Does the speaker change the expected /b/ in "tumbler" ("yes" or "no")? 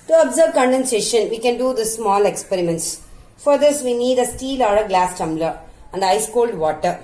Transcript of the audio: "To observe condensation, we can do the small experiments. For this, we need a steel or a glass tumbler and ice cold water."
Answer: no